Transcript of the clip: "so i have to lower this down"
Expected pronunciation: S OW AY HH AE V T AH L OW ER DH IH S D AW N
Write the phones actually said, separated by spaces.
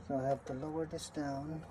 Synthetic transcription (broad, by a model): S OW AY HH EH P T AH L OW ER DH IH S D AW N